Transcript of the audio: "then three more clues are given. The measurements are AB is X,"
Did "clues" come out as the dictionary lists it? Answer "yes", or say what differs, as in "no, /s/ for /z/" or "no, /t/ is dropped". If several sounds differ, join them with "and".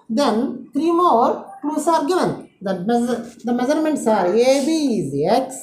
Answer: no, /s/ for /z/